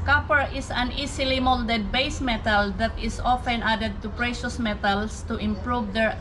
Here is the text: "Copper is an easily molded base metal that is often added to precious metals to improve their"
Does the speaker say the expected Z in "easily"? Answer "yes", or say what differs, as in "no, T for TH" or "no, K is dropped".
no, S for Z